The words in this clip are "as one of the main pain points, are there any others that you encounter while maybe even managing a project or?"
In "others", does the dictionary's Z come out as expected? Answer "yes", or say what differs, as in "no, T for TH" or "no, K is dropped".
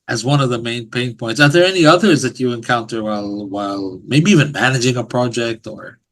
yes